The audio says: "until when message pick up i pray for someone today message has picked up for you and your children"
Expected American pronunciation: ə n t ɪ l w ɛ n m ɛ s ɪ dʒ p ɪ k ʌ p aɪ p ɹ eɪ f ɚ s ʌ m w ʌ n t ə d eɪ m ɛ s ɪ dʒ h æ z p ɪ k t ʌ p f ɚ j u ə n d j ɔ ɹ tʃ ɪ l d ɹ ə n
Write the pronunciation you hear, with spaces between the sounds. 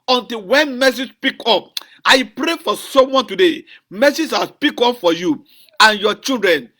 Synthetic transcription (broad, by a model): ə n t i l w ɛ n m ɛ s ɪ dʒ p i k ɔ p aɪ p ɹ eɪ f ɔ s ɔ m w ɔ n t ə d eɪ m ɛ s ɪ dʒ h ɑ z p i k ɔ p f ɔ j u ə n j ɔ tʃ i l d ɹ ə n